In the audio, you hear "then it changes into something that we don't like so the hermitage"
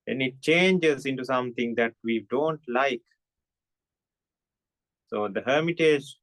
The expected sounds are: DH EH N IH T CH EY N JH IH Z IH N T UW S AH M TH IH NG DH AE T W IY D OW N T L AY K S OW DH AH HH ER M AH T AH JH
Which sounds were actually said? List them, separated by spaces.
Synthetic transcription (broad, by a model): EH N IH T CH EY N JH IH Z IH N T UW S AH M T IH NG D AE T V IY D OW N T L AY K S OW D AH HH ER M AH T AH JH